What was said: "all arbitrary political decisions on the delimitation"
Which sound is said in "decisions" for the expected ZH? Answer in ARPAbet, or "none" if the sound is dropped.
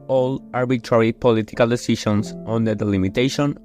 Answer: SH